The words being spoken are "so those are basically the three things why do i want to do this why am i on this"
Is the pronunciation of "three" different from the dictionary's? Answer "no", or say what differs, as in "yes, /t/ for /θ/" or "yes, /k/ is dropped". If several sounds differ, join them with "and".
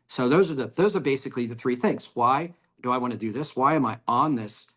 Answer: no